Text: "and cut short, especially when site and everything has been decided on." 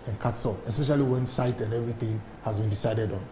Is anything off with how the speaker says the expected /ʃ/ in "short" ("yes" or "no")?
yes